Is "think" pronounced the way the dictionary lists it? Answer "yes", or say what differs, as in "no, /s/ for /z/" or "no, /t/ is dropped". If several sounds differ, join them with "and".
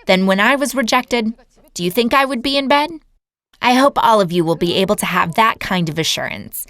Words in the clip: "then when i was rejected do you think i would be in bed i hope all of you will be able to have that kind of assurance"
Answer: yes